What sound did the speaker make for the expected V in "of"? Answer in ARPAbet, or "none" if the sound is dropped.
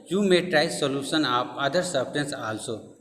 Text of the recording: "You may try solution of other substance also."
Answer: P